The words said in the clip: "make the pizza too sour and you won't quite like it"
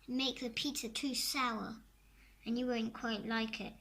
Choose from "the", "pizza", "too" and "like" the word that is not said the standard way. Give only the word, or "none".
pizza